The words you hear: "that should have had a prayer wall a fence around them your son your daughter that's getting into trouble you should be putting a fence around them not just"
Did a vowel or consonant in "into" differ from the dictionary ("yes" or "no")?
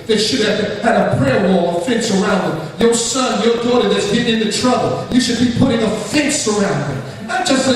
no